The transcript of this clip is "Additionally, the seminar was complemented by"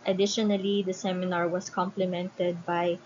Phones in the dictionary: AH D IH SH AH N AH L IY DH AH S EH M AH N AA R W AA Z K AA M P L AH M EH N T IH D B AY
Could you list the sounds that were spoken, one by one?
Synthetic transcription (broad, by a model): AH D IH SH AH N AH L IY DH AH S EH M AH N AA R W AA S K AA M P L AH M EH N T IH D B AY